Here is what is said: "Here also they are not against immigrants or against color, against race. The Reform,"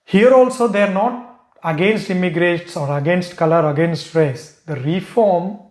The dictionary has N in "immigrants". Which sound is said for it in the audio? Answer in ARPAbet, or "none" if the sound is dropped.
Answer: none